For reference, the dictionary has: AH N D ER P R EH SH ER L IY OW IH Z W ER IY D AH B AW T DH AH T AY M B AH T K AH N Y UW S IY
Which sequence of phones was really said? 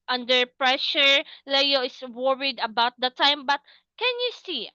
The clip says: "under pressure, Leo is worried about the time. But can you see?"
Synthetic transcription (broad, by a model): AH N D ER P R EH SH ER L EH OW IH S W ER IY D AH B AW T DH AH T AY M B AH T K AH N Y UW S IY